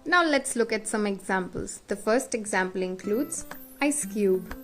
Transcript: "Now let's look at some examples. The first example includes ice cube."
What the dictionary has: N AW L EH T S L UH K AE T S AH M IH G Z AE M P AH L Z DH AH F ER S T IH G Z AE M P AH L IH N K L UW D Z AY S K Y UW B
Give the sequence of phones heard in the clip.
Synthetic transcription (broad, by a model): N AW L EH T S L UH K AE T S AH M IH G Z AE M P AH L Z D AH F ER S T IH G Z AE M P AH L IH N K L UW D Z AY S K Y UW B